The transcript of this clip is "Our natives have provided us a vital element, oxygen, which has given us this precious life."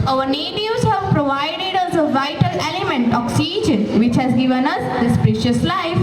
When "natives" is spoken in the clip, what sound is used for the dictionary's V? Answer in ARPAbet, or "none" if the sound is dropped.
none